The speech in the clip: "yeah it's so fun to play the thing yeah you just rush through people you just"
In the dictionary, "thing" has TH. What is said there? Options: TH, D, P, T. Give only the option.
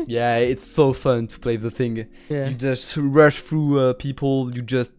TH